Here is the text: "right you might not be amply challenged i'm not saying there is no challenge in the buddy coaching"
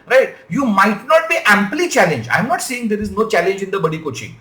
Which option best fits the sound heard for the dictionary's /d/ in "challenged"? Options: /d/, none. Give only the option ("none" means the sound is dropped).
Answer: none